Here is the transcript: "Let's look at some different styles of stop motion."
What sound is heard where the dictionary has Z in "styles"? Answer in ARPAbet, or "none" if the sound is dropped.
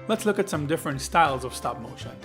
Z